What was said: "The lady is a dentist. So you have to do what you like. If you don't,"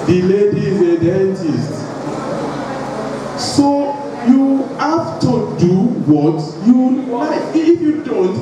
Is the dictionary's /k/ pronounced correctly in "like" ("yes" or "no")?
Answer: no